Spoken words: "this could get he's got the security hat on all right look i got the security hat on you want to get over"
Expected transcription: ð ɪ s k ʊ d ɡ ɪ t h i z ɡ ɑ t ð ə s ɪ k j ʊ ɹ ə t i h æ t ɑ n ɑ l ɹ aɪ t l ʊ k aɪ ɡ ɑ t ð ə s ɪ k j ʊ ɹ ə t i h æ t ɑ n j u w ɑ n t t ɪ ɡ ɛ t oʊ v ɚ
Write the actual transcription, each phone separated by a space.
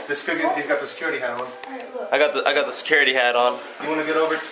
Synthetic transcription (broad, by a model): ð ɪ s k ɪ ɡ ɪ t h i z ɡ ɑ t ð ə s ɪ k j ʊ ɹ ə t i h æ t ɑ n ɑ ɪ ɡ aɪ t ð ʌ aɪ ɡ ɑ t ð ə s ɪ k j ʊ ɹ ə t i h æ t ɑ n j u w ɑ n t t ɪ ɡ ɛ t oʊ v ɚ